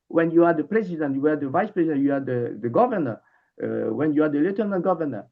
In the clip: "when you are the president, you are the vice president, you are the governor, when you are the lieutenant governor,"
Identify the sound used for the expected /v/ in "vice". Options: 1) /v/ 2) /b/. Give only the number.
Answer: 1